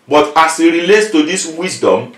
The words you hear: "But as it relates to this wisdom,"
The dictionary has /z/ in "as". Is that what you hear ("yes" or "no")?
no